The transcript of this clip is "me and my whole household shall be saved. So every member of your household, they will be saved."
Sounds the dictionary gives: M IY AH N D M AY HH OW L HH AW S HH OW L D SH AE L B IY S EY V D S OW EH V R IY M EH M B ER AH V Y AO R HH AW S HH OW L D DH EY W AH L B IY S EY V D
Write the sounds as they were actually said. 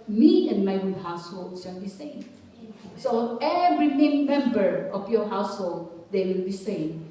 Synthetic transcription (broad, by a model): M IY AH N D M AY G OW HH AW S HH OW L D S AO N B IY S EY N S OW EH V R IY M EH M B ER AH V Y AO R HH AW S HH OW L D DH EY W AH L B IY S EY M